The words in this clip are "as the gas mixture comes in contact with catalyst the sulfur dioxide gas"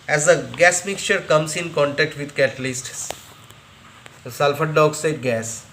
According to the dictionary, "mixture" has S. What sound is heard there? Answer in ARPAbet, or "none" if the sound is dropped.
S